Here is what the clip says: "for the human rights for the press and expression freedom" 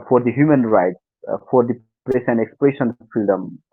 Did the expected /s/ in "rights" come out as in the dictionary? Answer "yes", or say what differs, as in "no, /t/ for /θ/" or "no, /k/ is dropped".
yes